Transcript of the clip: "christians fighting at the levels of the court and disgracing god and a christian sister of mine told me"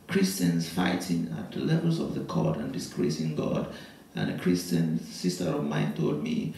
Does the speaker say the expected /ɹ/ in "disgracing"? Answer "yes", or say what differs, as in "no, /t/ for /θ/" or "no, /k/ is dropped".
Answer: yes